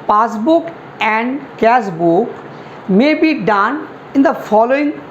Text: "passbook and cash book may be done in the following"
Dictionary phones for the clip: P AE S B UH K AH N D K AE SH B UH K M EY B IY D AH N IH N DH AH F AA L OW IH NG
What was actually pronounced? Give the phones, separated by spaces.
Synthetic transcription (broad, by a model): P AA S B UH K AH N D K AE S B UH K M EY B IY D AH N IH N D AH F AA L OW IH NG